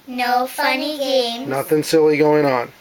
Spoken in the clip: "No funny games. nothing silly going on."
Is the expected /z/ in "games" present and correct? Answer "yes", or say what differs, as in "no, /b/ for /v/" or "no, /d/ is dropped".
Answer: no, /z/ is dropped